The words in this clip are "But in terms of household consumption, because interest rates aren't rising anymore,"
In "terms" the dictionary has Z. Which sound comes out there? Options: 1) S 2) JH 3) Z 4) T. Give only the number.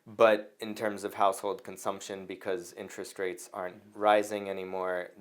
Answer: 3